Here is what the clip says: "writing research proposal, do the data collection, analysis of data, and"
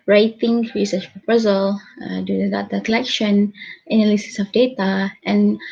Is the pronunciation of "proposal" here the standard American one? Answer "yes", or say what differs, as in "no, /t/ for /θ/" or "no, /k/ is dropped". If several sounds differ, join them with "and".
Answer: yes